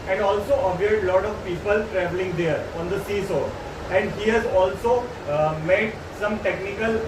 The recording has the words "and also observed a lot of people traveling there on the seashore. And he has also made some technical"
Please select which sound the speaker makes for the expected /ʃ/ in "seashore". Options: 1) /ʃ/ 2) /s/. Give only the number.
2